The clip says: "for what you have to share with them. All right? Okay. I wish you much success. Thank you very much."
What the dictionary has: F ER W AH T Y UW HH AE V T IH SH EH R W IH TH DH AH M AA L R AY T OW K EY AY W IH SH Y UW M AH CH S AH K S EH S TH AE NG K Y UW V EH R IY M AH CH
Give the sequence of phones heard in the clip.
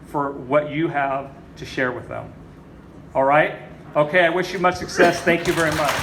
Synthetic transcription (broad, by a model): F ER W AH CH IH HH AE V T IH SH EH R W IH DH AH M AA L R AY T OW K EY AY W IH SH Y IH M AH CH S AH K S EH S TH AE NG K Y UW V EH R IY M AH CH